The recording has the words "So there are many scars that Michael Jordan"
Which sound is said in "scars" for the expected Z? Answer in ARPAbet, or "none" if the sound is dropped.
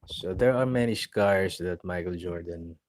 S